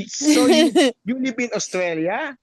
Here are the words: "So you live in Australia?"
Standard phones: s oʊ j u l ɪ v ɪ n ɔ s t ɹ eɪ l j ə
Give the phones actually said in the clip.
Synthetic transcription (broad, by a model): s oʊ j u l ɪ p ɪ n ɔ s t ɹ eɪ l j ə